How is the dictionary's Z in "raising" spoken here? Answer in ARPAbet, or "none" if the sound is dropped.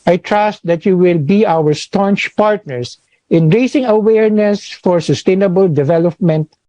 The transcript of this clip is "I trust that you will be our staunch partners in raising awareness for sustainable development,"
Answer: S